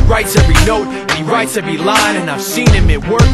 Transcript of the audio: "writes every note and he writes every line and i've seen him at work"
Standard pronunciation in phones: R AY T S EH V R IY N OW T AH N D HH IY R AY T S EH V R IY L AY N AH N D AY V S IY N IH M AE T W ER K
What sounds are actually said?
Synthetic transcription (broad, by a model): R AY T S EH V R IY N OW AH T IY R AY T S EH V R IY L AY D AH N AY V S IY N IH M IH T W ER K